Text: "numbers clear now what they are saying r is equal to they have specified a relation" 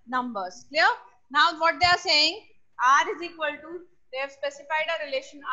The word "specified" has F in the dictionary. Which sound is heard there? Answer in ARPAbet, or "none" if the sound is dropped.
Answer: F